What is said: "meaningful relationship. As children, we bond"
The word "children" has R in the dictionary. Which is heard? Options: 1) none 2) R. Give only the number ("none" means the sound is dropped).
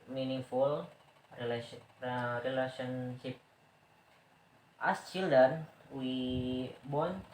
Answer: 1